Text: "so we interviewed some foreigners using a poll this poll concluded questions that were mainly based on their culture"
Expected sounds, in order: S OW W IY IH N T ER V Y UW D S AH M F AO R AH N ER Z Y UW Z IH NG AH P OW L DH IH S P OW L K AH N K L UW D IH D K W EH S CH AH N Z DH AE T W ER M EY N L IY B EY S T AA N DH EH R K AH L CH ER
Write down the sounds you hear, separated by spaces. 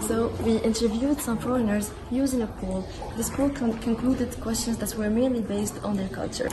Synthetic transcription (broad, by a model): S OW W IY IH N T ER V Y UW D S AH M F AO R AH N ER Z Y UW Z IH NG AH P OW L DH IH S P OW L K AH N K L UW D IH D K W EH S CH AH N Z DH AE T W ER M EY N L IY B EY S T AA N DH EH R K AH L CH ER